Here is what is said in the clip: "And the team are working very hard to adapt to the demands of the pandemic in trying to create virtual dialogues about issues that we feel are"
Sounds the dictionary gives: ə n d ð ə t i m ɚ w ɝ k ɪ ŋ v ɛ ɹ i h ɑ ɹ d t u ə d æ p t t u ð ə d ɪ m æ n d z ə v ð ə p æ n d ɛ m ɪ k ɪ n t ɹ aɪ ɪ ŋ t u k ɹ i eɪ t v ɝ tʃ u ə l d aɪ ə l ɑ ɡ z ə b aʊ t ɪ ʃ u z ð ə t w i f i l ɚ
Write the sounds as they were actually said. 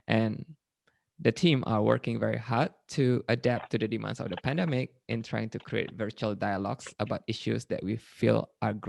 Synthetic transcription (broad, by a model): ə n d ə t i m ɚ w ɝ k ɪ ŋ v ɛ ɹ i h ɑ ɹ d t u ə d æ p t t u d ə d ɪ m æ n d s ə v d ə p æ n d ɛ m ɪ k ɪ n t ɹ aɪ ɪ ŋ t u k ɹ i eɪ t v ɝ tʃ u ə l d aɪ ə l ɑ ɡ s ə b aʊ t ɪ ʃ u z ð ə t w i f i l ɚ